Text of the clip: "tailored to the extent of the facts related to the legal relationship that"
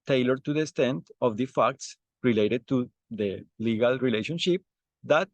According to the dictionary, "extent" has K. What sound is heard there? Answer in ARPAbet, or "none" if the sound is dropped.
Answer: none